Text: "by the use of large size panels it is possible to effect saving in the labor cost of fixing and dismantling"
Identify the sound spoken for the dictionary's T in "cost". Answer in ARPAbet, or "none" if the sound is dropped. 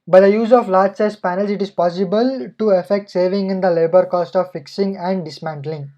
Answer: T